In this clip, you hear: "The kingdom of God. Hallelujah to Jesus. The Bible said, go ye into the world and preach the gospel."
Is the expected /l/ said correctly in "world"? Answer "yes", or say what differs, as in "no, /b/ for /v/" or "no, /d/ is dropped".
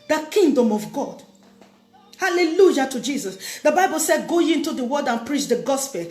no, /l/ is dropped